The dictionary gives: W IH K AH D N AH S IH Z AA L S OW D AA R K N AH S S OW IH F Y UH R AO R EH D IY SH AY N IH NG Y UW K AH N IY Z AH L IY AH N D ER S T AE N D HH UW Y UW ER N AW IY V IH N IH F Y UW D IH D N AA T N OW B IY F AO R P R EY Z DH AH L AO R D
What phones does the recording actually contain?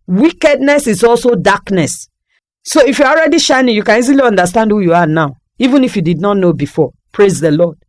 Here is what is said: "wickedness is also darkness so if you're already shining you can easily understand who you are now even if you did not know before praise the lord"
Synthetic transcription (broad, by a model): W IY K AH D N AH S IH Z AA L S OW D AA K N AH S S OW IH F Y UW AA AO R EH D IY SH AY N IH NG Y UW K AH N IY Z AH L IY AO N D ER S T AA N D HH UW Y UW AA N AW IY V IH N IH F Y UW D IH D N AA T N OW B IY F AO P R EY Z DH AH L AO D